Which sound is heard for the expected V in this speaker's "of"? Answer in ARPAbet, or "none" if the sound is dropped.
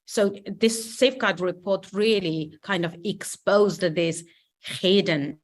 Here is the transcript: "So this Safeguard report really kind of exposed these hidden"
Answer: V